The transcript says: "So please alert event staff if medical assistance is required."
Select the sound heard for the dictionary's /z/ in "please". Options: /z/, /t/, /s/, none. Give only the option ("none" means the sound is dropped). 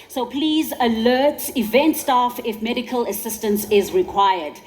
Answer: /z/